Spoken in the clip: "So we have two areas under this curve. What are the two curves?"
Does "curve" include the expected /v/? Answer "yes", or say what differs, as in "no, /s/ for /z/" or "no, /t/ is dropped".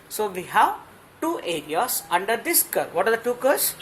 yes